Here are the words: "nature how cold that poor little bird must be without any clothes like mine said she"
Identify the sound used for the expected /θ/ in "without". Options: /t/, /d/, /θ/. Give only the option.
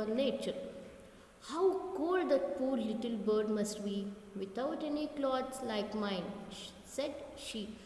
/t/